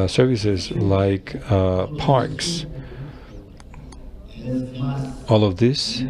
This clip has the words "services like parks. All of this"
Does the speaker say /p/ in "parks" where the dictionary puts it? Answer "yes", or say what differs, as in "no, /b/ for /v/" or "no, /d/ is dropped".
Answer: yes